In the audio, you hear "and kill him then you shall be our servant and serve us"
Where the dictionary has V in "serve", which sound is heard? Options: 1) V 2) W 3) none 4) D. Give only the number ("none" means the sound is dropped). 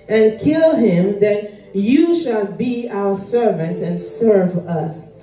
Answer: 1